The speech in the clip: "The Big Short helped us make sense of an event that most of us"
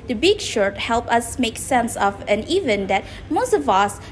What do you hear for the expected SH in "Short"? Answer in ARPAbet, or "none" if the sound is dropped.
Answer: SH